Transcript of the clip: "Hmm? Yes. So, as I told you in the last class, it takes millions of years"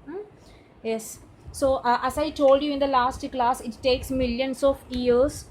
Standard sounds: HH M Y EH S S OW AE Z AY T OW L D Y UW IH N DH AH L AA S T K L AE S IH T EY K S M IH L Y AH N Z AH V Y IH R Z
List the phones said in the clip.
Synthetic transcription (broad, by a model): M Y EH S S OW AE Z AY T OW L D Y UW IH N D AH L AA S T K L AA S IH T EY K S M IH L Y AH N S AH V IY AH R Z